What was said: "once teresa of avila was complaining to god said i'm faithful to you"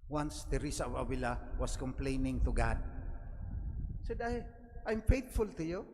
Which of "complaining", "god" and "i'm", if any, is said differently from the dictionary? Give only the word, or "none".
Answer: none